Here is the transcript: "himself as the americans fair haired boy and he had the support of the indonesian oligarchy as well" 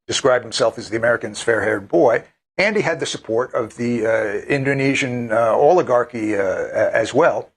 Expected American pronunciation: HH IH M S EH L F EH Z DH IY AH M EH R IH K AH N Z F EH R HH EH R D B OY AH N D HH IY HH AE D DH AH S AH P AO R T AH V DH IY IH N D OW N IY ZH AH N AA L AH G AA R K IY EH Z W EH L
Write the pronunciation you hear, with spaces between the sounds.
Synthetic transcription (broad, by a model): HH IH M S EH L F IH Z DH IY AH M EH R IH K AH N Z F EH R HH EH R D B OY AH N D IY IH D DH AH S AH P AO R T AH V DH IY IH N D OW N IY ZH AH N AA L AH G AA R K IY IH Z W EH L